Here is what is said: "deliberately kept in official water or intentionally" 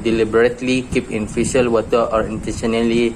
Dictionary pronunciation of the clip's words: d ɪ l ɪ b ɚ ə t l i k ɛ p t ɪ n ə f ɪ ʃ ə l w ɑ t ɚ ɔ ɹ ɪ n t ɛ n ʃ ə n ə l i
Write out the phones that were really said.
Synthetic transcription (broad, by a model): d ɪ l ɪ b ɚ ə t l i k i p ɪ n f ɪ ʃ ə l w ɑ t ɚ ɔ ɹ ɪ n t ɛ n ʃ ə n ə l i